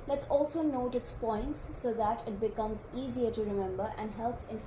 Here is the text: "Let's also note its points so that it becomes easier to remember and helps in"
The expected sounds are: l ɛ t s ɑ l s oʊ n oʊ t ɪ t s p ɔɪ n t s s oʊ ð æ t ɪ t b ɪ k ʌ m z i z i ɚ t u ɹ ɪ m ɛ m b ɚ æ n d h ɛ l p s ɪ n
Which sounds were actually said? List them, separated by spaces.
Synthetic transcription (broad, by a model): l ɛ t s ɑ l s oʊ n oʊ t ɪ t s p ɔɪ n t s s oʊ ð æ t ɪ t b ɪ k ʌ m z i z i ɚ t u ɹ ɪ m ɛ m b ɚ æ n d h ɛ l p s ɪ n